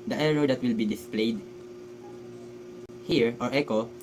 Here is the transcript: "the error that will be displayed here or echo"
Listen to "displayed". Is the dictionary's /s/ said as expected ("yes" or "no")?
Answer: yes